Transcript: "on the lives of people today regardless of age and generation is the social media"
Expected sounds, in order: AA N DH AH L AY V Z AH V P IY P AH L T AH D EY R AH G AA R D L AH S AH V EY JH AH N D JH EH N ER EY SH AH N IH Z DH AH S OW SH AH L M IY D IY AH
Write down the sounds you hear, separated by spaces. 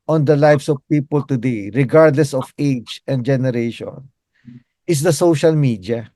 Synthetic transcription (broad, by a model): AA N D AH L AY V S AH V P IY P AH L T AH D EY R AH G AA R D L AH S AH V EY JH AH N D JH EH N ER EY SH AH N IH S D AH S OW SH AH L M IY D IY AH